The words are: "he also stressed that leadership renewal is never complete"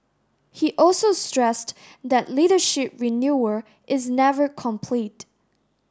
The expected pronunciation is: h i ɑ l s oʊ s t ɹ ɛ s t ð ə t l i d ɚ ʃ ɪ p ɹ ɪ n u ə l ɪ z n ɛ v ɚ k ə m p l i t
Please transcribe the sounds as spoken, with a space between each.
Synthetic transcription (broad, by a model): h i ɑ l s oʊ s t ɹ ɛ s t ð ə t l i d ɚ ʃ ɪ p ɹ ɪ n u ə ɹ ɪ z n ɛ v ɚ k ə m p l i t